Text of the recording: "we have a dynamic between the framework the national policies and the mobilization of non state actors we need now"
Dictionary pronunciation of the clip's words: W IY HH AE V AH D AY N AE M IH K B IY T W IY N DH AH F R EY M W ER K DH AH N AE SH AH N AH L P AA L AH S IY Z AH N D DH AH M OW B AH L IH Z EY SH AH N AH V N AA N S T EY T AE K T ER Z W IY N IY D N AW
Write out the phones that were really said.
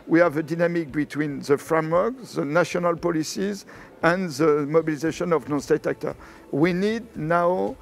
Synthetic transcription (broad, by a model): W IY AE V AH D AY N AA M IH K B IY T W IY N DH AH F R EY M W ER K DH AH N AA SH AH N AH L P AA L AH S IY Z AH N DH AH M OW B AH L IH Z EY SH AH N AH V N AA N S T EY T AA K T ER W IY N IY D N AW